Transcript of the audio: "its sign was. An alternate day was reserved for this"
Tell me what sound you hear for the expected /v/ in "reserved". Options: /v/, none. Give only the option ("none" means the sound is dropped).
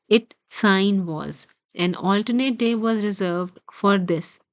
/v/